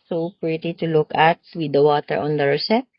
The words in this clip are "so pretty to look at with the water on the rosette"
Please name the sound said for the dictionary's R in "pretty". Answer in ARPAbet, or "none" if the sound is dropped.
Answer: R